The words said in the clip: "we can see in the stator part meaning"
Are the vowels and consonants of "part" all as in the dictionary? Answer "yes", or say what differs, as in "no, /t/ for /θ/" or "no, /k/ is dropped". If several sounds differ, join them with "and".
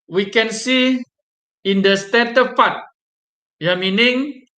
no, /f/ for /p/